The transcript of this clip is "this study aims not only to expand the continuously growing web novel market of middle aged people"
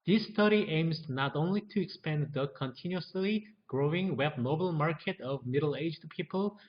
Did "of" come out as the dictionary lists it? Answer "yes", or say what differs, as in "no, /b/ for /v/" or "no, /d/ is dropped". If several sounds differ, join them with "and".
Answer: yes